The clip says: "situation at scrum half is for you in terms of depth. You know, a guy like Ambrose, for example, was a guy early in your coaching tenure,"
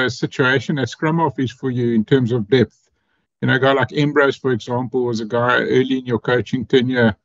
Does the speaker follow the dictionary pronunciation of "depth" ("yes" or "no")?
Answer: yes